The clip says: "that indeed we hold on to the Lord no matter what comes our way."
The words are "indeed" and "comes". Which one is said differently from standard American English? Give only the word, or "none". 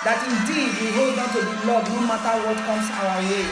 comes